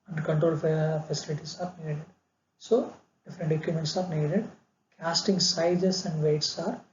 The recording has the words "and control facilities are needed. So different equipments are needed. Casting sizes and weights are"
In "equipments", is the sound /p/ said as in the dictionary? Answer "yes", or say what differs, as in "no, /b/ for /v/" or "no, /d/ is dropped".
no, /p/ is dropped